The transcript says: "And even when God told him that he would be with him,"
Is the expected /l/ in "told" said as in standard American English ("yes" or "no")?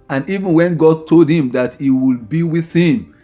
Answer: yes